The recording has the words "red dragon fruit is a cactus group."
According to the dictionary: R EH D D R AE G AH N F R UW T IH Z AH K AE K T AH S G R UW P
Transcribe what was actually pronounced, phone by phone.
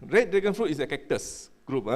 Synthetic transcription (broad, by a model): R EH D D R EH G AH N F R UW T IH S AH K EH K T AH S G R UW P